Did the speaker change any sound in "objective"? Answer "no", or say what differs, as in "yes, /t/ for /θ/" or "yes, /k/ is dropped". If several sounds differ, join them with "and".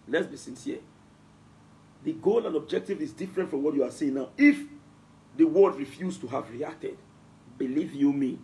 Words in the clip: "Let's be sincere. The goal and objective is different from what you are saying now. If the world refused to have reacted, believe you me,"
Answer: no